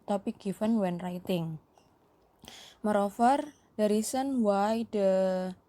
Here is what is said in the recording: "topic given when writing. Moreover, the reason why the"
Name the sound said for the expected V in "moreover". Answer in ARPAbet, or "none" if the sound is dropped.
F